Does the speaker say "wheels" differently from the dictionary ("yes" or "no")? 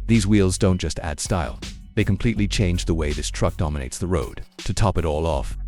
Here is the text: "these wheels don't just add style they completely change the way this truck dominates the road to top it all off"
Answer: no